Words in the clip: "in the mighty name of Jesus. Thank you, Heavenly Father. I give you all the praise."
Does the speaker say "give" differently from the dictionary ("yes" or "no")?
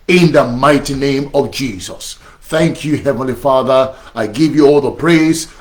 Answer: no